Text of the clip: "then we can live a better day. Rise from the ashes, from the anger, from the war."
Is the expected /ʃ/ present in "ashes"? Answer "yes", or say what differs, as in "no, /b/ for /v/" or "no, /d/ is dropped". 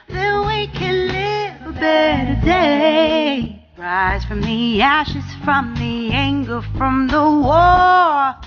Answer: yes